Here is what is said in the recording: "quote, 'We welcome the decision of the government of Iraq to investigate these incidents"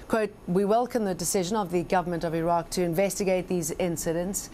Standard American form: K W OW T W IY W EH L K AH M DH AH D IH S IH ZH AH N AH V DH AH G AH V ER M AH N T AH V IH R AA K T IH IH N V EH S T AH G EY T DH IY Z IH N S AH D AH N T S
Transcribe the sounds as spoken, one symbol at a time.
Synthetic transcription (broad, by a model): K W OW T W IY W EH L K AH M DH AH D IH S IH ZH AH N AH V DH AH G AH V ER M AH N T AH V IH R AA K T IH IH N V EH S T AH G EY T DH IY Z IH N S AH D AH N T S